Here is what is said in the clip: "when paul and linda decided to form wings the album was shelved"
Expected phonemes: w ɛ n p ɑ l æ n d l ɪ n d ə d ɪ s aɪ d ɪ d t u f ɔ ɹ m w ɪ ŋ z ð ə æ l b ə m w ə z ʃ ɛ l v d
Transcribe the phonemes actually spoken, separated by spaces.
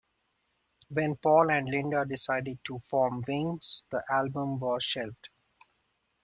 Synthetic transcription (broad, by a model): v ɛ n p ɑ l æ n d l ɪ n d ə d ɪ s aɪ d ɪ d t u f ɔ ɹ m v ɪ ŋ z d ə æ l b ə m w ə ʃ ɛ l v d